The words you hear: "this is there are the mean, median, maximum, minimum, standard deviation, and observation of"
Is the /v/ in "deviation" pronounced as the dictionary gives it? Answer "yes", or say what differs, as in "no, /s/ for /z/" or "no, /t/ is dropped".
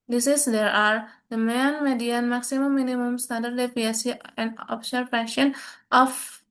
no, /p/ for /v/